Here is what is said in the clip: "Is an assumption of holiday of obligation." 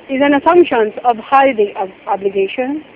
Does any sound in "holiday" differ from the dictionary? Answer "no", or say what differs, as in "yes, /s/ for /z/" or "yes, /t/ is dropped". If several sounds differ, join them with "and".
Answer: yes, /l/ is dropped